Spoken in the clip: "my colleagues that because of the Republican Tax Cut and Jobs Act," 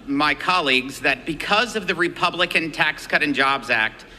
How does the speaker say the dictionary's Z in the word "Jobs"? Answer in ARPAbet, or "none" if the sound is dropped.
Z